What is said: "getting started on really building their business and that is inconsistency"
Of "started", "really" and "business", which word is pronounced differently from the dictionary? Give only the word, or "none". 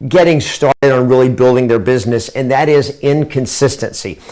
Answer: none